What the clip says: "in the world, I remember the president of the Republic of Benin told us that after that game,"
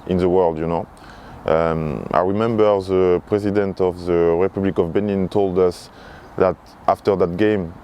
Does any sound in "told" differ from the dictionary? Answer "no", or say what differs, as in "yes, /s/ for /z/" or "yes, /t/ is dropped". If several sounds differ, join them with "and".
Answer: no